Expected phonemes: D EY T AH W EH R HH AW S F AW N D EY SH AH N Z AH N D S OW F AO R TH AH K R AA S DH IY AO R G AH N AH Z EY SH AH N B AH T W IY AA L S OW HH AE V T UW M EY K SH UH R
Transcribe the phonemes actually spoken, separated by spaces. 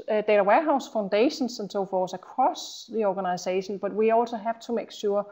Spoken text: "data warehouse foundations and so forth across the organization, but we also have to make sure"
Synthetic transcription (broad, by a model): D EY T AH W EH HH AW S F AW N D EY SH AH N S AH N S OW F AO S AH K R AA S DH IY AO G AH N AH S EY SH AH N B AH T W IY AA L S OW HH AE V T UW M EY K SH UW